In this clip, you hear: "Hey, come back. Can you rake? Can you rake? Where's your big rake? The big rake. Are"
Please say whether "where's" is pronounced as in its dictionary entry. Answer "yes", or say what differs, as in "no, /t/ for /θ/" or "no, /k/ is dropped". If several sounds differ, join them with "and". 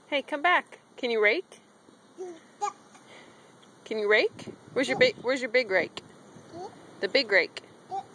no, /w/ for /ɹ/